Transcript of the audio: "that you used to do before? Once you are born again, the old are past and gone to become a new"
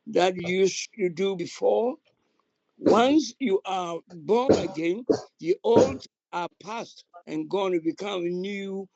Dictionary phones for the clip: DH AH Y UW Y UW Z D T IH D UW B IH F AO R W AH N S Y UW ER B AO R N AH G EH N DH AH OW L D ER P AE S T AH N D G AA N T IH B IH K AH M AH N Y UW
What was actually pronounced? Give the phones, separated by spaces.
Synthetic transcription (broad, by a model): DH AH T Y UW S T IH D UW B IH F AO R W AH N S Y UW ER B AO R N AH G EH N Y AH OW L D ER P AE S T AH N G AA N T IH B IH K AH M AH N Y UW